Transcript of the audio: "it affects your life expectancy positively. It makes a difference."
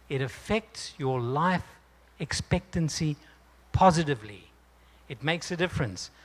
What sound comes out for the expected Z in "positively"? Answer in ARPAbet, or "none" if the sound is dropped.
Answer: Z